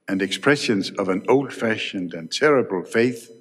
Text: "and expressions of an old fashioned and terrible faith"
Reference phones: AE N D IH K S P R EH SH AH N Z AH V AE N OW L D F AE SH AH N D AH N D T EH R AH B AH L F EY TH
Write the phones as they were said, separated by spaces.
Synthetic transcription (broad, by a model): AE N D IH K S P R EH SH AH N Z AH V AE N OW L D F AE SH AH N D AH N T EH R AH B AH L F EY TH